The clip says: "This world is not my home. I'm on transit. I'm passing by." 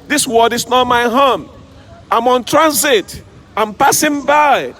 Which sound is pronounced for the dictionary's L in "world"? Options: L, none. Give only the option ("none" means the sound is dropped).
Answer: none